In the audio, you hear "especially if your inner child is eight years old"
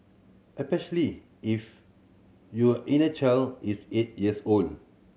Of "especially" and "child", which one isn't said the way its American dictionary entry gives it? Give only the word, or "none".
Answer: child